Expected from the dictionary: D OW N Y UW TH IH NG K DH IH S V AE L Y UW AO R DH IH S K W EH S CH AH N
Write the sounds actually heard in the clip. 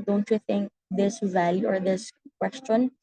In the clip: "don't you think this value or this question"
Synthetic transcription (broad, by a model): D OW N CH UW TH IH NG K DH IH S V AE L Y UW AO R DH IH S K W EH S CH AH N